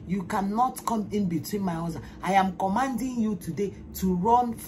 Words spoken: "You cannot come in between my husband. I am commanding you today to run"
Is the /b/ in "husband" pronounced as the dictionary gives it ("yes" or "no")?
no